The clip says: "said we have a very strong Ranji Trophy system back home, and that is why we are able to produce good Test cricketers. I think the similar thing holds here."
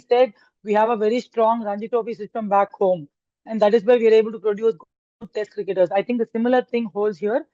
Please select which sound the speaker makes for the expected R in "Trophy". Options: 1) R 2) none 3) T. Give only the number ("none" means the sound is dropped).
2